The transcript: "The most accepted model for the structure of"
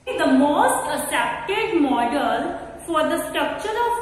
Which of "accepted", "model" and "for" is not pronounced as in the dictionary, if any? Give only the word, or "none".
accepted